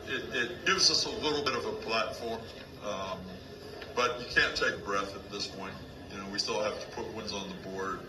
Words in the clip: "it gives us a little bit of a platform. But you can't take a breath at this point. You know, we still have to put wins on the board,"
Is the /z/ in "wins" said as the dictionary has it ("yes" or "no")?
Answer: yes